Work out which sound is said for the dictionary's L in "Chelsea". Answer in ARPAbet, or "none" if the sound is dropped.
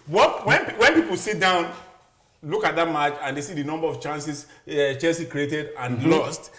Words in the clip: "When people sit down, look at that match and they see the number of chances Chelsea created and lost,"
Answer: none